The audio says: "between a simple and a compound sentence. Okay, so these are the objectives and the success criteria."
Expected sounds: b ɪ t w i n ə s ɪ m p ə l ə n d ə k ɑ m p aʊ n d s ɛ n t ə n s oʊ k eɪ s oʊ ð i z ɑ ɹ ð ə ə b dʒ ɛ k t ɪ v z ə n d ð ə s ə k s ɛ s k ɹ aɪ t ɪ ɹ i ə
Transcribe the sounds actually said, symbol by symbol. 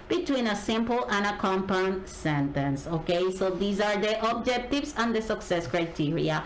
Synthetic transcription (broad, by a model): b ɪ t w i n ə s ɪ m p ə l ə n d ə k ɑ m p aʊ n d s ɛ n t ə n s oʊ k eɪ s oʊ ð i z ɑ ɹ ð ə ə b dʒ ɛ k t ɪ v s ə n d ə s ə k s ɛ s k ɹ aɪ t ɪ ɹ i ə